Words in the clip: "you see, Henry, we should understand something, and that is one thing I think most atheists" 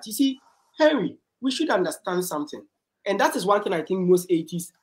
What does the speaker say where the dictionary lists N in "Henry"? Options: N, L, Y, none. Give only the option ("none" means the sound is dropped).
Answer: none